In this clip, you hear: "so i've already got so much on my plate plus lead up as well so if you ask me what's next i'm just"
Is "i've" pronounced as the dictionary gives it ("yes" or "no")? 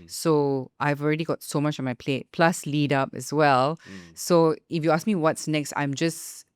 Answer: yes